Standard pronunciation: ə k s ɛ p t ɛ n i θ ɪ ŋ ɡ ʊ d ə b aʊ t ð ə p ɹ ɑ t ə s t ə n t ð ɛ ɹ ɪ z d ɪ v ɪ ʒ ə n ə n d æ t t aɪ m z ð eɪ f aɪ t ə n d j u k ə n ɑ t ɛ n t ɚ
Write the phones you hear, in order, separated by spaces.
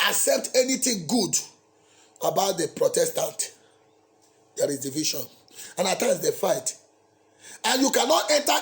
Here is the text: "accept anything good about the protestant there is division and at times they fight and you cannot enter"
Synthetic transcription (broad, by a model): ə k s ɛ p t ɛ n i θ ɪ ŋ ɡ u d ə b aʊ t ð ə p ɹ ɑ t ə s t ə n t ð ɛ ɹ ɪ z d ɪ v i ʃ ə n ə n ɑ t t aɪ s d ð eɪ f aɪ t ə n j u k ə n ɑ t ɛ n t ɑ